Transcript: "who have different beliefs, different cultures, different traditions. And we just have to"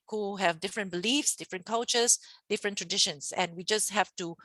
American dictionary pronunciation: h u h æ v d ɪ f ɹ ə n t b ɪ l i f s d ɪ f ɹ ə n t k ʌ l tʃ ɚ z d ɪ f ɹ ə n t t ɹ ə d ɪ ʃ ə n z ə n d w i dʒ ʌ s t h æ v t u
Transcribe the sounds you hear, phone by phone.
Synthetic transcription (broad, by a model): h u h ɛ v d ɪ f ɹ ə n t b ɪ l i f s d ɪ f ɹ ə n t k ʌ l tʃ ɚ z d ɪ f ɹ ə n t t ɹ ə d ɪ ʃ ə n s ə n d w i dʒ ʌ s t h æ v t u